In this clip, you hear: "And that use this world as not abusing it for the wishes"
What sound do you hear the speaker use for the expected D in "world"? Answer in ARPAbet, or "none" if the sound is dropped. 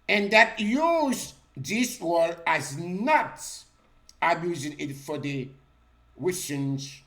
none